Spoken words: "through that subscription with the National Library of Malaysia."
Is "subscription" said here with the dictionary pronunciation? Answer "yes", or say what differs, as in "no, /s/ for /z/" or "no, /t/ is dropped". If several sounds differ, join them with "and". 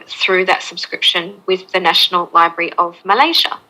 yes